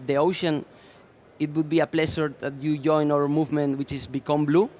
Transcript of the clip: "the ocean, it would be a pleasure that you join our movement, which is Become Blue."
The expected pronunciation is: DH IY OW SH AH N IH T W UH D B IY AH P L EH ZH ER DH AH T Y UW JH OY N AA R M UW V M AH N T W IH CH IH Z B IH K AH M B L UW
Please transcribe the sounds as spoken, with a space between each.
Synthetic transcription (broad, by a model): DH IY OW SH AH N IH T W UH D B IY AH P L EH S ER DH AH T Y UW JH OY N AA R M UW V M AH N T W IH CH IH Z B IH K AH M B L UW